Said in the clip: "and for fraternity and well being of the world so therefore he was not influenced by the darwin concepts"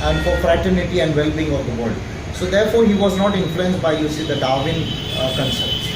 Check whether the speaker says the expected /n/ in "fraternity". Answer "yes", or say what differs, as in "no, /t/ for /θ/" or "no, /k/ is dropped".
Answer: yes